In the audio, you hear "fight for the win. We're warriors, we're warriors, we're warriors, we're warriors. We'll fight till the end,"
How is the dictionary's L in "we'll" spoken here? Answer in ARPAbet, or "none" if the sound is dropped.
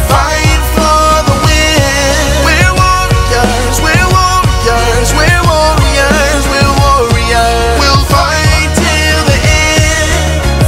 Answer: L